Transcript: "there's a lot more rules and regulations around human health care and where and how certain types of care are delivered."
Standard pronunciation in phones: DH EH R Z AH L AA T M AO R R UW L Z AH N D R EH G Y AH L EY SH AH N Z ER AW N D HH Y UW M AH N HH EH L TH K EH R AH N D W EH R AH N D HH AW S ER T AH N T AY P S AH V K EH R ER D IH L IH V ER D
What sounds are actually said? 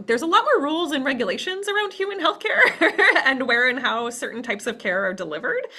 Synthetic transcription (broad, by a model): DH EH R Z AH L AA T M AO R R UW L Z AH N R EH G Y AH L EY SH AH N Z ER AW N D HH Y UW M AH N HH EH L TH K EH R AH N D W EH R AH N HH AW S ER T N T AY P S AH V K EH R ER D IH L IH V ER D